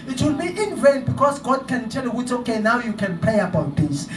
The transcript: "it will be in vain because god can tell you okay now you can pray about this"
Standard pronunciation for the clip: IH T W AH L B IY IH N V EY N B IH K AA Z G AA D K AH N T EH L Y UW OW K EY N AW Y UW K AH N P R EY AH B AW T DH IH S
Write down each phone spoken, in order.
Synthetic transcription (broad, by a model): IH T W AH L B IY IH N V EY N B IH K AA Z G AA D K AH N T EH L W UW OW K EY N AW Y UW K AH N P R EY AH B AW T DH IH S